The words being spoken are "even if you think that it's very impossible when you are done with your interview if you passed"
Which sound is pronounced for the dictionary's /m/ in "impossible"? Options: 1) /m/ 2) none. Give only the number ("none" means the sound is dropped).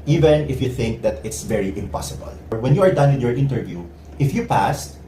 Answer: 1